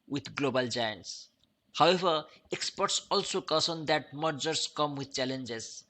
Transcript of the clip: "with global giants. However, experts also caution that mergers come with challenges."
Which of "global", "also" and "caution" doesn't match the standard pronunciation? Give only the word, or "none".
caution